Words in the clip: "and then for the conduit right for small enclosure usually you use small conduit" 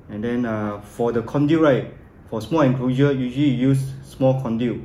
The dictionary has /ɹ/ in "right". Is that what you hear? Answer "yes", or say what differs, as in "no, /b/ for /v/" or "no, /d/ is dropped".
yes